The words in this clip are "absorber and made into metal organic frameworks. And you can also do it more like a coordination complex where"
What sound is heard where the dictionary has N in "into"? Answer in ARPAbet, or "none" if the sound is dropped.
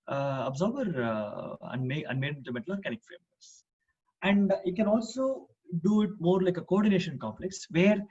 none